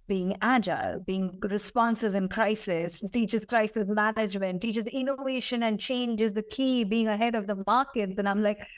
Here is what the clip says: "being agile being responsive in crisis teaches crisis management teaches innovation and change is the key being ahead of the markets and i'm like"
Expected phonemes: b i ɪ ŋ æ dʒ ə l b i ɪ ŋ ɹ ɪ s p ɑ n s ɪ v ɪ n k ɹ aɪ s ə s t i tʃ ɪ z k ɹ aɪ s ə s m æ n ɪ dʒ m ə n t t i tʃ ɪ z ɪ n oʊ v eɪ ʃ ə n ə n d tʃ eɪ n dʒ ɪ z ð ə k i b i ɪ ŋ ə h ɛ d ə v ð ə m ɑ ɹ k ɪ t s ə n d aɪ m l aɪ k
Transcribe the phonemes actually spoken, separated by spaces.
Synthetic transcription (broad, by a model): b i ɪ ŋ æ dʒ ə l b i ɪ ŋ ɹ ɪ s p ɑ n s ɪ v ɪ n k ɹ aɪ s ə s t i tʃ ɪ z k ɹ aɪ s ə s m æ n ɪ dʒ m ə n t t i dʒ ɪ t ɪ n oʊ v eɪ ʃ ə n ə n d tʃ eɪ n dʒ ɪ z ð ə k i b i ɪ ŋ ə h ɛ d ə v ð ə m ɑ ɹ k ɪ t s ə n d aɪ m l aɪ k